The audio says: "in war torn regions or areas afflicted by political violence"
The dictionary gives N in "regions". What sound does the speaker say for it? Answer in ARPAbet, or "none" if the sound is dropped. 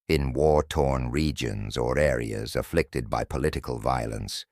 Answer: N